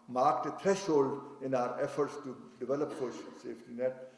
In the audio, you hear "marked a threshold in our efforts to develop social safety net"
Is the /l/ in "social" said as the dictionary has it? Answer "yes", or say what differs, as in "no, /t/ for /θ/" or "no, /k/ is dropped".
no, /n/ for /l/